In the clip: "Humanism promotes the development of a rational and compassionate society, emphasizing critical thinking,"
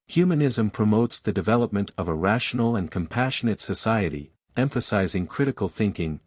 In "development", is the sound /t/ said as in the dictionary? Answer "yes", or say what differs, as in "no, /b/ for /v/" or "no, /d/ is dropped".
yes